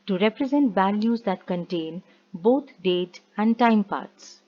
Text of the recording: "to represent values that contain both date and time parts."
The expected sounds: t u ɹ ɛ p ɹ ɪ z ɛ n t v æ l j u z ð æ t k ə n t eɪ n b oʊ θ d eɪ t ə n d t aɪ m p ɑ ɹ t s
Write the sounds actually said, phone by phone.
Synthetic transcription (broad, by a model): t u ɹ ɛ p ɹ ɪ z ɛ n t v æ l j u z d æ t k ə n t eɪ n b oʊ t d eɪ t ə n d t aɪ m p ɑ ɹ t s